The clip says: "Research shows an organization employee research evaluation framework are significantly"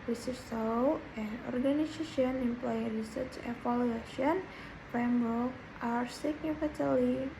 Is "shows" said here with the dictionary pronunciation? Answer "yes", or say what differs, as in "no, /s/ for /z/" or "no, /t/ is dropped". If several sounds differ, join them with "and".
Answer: no, /s/ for /ʃ/